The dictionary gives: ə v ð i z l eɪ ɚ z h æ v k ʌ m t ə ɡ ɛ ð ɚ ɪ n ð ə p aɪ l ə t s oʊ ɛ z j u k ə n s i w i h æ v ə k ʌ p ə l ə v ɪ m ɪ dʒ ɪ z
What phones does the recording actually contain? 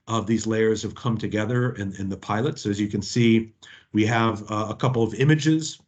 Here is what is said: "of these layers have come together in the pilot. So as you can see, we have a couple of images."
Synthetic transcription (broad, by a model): ə v ð i z l eɪ ɚ z h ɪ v k ʌ m t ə ɡ ɛ ð ɚ ɪ n ð ə p aɪ l ə t s oʊ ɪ z j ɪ k ə n s i w i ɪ v ə k ʌ p l ə v ɪ m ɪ dʒ ɪ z